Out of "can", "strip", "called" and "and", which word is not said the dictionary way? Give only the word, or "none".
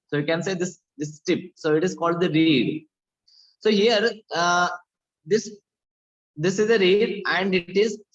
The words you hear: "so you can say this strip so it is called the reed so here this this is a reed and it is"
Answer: strip